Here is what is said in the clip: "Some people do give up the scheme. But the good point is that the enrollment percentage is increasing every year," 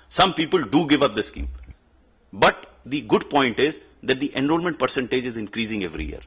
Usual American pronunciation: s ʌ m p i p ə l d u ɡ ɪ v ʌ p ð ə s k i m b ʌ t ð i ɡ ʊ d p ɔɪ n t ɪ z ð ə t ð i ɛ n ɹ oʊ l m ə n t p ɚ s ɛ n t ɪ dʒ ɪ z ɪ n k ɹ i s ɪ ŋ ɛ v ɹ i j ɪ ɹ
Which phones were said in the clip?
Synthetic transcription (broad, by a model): s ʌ m p i p ə l d u ɡ ɪ v ʌ p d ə s k i m b ʌ t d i ɡ ʊ d p ɔɪ n t ɪ z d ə t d i ɛ n ɹ oʊ l m ə n t p ɚ s ɛ n t ɪ dʒ ɪ z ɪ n k ɹ i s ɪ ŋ ɛ v ɹ i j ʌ ɹ